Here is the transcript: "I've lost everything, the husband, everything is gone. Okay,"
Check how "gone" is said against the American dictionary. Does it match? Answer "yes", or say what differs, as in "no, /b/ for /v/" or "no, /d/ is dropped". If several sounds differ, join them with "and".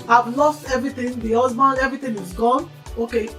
yes